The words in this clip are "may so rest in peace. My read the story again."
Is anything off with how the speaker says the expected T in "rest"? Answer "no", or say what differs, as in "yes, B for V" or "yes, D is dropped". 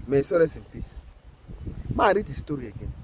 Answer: yes, T is dropped